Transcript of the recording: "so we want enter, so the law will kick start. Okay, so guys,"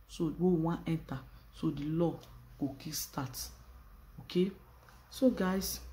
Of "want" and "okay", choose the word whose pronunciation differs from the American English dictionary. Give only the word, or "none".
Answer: want